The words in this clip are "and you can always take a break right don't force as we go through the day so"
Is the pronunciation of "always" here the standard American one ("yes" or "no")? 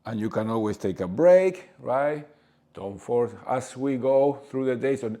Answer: no